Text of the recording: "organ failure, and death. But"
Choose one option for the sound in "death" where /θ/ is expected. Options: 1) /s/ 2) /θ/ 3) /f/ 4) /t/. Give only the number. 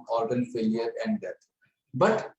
4